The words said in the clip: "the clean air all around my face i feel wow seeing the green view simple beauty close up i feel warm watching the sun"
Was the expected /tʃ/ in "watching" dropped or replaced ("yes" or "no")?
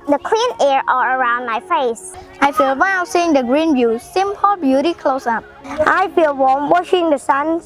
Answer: yes